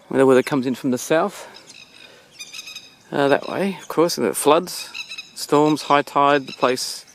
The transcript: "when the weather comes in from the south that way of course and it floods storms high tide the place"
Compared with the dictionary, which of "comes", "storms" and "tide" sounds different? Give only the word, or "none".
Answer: none